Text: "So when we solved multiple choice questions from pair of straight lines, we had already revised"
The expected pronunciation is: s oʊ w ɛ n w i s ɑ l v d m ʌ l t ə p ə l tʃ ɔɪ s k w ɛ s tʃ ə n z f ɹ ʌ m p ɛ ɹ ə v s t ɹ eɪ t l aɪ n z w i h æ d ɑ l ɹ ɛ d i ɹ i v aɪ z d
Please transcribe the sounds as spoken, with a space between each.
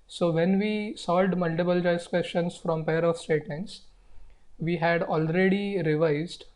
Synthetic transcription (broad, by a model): s oʊ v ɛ n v i s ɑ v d m ʌ l t ə p ə l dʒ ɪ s k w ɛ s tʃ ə n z f ɹ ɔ m p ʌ ɹ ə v s t eɪ t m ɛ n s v i h æ d ɑ l ɹ ɛ d i ɹ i v aɪ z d